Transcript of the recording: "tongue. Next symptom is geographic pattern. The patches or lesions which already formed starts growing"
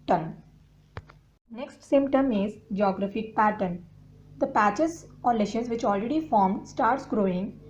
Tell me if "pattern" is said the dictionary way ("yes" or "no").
yes